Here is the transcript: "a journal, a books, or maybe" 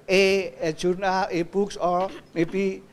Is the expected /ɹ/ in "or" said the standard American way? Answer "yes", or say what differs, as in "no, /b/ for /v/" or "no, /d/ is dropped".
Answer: no, /l/ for /ɹ/